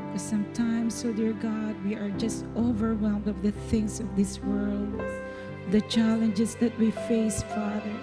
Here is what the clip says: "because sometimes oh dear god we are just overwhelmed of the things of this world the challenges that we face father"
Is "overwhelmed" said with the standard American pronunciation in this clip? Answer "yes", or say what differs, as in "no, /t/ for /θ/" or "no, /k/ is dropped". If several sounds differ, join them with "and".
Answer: yes